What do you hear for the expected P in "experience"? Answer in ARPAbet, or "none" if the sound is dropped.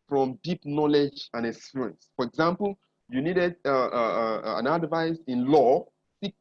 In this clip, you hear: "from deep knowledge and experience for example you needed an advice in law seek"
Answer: none